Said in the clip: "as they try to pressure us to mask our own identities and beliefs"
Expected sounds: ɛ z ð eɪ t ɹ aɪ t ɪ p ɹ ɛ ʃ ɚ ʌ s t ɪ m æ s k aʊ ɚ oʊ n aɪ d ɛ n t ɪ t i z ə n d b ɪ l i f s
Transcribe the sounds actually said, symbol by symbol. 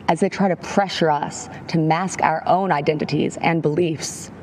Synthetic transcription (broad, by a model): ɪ z ð eɪ t ɹ aɪ t ɪ p ɹ ɛ ʃ ɚ ʌ s t ɪ m æ s k aʊ ɚ oʊ n aɪ d ɛ n t ɪ t i z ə n b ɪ l i f s